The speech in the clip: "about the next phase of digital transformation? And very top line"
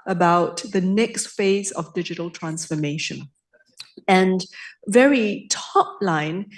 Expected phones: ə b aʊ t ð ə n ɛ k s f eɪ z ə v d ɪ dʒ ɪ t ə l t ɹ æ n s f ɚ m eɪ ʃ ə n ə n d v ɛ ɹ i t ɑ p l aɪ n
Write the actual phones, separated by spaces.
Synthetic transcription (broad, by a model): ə b aʊ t ð ə n ɛ k s f eɪ z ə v d ɪ dʒ ɪ t ə l t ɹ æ n s f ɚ m eɪ ʃ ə n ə n v ɛ ɹ i t ɑ p l aɪ n